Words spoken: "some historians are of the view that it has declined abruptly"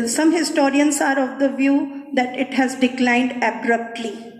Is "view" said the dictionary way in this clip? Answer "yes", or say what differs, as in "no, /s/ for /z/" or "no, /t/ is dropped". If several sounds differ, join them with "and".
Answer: yes